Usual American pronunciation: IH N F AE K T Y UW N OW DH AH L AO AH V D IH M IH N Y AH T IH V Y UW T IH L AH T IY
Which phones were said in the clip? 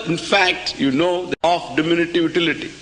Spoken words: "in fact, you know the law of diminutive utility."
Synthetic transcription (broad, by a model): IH N F AE K T Y UW N OW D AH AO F D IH M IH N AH T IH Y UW T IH L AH T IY